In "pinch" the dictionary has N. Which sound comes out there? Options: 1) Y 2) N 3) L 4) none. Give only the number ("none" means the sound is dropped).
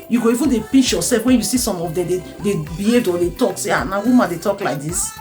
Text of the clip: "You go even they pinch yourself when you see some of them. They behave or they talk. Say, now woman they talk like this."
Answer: 4